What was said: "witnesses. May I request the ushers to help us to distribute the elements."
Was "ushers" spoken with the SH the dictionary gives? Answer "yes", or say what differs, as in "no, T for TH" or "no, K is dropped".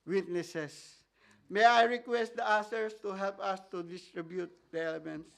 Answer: no, S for SH